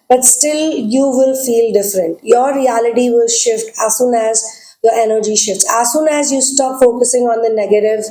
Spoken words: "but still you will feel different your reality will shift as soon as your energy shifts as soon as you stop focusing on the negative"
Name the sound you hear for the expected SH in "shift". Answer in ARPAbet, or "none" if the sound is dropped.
SH